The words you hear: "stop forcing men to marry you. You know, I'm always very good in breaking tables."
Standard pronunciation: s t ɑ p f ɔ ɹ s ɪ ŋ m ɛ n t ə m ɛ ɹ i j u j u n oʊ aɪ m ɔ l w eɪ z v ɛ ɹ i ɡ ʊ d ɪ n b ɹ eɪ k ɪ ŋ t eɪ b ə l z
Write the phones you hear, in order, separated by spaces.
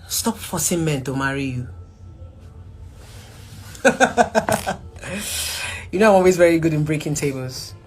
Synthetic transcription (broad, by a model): s t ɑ p f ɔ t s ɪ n m ɛ n t ə m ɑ ɹ i j u j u n oʊ aɪ m ɔ l w eɪ z v ɛ ɹ i ɡ ʊ d ɪ n b ɹ eɪ k ɪ ŋ t eɪ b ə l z